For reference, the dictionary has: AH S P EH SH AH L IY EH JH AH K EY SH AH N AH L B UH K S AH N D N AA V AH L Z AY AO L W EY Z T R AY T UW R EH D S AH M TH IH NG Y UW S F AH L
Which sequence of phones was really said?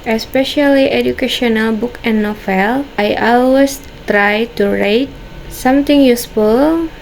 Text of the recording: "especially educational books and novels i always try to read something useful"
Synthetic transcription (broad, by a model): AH S P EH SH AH L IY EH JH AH K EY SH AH N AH L B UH K AH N N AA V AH L AY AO L W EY S T R AY T UW R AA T S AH M T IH NG Y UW S F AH L